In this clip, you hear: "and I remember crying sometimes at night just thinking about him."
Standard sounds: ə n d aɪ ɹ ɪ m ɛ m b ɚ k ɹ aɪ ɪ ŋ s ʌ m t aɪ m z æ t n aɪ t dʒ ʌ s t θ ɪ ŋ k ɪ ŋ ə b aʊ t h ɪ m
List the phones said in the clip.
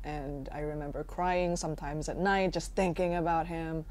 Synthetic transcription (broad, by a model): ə n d aɪ ɹ ɪ m ɛ m b ɚ k ɹ aɪ ɪ ŋ s ʌ m t aɪ m z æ t n aɪ t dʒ ʌ s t θ ɪ ŋ k ɪ ŋ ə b aʊ t h ɪ m